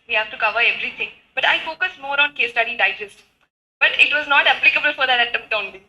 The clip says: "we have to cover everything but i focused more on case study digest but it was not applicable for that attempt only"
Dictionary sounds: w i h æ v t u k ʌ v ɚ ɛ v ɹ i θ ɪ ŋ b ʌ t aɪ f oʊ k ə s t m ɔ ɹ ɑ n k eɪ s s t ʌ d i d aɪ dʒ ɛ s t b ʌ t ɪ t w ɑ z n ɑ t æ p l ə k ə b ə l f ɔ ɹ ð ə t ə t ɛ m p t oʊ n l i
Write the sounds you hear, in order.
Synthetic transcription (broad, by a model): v i h æ v t u k ʌ v ɚ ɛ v ɹ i t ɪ ŋ b ʌ t aɪ f oʊ k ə s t m ɔ ɹ ɑ n k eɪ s s t ʌ d i d aɪ dʒ ɛ s t b ʌ t ɪ t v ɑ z n ɑ t æ p l ə k ə b ə l f ɔ ɹ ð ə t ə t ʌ p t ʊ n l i